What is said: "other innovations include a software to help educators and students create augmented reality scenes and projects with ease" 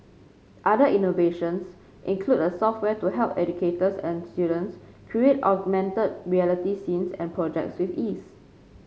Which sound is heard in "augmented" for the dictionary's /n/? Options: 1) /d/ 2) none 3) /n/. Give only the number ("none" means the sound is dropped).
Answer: 3